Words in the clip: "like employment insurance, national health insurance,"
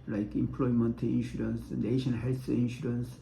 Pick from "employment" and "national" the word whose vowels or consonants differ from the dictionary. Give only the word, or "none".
national